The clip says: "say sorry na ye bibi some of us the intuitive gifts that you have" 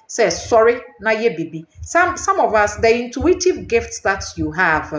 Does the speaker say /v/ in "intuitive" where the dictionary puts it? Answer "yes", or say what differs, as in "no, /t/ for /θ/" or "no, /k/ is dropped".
yes